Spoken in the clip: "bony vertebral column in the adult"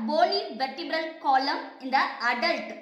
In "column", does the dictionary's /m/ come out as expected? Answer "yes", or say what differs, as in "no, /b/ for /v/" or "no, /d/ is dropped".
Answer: yes